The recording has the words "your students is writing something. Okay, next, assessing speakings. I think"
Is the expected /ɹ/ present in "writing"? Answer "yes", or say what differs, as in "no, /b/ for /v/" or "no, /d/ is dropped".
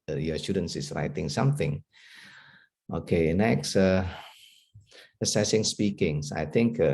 yes